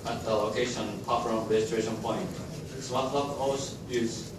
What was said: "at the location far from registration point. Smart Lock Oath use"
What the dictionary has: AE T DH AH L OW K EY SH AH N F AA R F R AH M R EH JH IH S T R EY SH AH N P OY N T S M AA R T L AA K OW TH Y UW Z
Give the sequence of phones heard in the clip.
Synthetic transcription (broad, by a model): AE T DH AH L OW K EY SH AH N P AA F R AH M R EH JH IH T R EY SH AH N P OY N T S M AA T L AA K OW S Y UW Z